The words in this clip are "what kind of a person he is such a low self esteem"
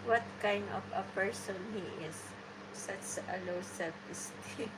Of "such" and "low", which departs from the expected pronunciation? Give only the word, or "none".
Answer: such